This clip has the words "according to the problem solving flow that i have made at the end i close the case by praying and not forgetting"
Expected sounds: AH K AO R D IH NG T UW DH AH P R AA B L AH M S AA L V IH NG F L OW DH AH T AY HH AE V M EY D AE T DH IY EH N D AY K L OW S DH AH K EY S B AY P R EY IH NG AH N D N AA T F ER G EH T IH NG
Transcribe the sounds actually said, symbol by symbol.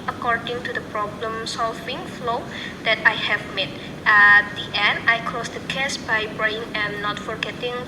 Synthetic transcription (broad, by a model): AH K AO R D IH NG T UW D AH P R AA B L AH M S AA L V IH NG F L OW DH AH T AY HH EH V M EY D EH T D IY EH N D AY K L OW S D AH K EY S B AY B R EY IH NG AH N N AA T F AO G EH T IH NG